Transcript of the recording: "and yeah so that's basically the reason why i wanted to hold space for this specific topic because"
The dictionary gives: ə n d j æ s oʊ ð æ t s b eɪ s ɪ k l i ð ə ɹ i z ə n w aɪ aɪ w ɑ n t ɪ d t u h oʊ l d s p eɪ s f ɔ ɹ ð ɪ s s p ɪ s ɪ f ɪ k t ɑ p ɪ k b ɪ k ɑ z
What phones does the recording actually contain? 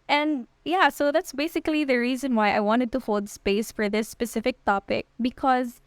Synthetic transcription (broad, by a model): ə n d j æ s oʊ ð æ t s b eɪ s ɪ k l i ð ə ɹ i z ə n w aɪ aɪ w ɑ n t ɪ d t u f oʊ l d s p eɪ s f ɔ ɹ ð ɪ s s p ɪ s ɪ f ɪ k t ɑ p ɪ k b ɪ k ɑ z